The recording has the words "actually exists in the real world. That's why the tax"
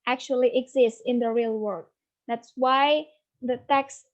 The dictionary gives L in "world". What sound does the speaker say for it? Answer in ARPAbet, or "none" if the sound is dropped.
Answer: none